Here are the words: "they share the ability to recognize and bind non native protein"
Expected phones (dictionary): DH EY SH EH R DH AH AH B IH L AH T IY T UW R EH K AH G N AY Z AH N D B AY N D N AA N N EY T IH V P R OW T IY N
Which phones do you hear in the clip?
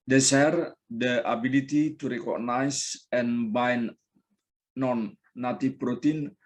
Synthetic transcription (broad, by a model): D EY S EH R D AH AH B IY L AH T IY T UW R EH K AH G N AY S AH N B AY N N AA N N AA T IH P R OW T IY N